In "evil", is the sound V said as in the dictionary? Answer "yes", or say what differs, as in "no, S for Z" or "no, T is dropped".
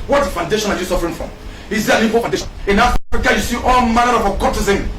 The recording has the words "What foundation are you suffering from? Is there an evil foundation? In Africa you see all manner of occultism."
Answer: no, P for V